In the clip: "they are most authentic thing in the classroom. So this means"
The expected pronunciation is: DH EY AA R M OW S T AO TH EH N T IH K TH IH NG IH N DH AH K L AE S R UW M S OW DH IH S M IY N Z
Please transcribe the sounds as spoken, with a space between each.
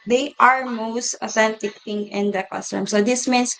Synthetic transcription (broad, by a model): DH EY AA R M OW S T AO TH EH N T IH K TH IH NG IH N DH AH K AA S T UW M S OW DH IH S M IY N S